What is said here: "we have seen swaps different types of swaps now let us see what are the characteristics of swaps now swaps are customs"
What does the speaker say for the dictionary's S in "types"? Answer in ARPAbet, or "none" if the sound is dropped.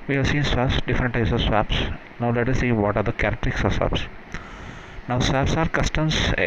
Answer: S